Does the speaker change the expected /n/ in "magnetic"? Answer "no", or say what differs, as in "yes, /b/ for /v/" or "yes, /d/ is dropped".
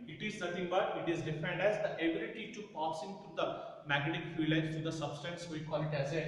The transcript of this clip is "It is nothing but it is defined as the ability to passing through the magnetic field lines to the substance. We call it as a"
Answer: yes, /n/ is dropped